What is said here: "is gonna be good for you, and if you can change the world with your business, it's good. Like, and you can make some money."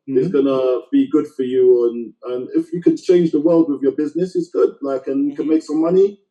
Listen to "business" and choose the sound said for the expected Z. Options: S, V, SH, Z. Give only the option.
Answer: Z